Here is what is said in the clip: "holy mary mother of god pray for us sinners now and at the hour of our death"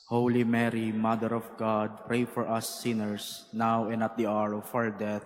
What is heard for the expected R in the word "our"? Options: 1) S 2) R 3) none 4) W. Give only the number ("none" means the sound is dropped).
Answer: 2